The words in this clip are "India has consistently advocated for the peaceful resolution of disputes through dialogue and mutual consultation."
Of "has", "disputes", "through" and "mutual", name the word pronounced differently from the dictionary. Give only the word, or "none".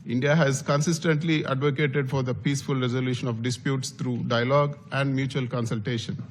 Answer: through